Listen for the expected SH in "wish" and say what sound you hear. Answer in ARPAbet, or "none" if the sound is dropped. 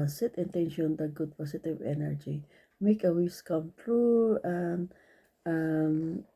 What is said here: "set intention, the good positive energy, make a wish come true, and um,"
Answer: S